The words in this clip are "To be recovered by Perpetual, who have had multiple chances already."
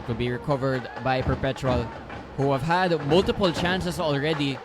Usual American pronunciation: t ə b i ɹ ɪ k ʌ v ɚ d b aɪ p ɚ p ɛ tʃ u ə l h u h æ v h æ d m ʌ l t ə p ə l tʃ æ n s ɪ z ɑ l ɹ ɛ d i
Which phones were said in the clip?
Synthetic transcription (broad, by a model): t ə b i ɹ ɪ k ʌ v ɚ d b aɪ p ɚ p ɛ tʃ u ə l h u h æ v h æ d m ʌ l t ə p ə l tʃ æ n s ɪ s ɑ l ɹ ɛ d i